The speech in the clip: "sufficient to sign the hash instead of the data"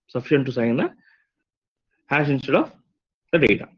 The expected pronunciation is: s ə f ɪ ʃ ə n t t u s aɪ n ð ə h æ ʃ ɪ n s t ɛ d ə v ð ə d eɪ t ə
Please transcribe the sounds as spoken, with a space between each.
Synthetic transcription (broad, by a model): s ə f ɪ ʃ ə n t t u s aɪ n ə h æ s ɪ n s t ɛ d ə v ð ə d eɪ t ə